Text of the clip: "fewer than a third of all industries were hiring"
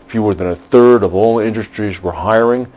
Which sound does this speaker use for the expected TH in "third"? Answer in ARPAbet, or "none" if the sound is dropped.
TH